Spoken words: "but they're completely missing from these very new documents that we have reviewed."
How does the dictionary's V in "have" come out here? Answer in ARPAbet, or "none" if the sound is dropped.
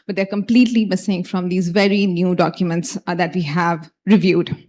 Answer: V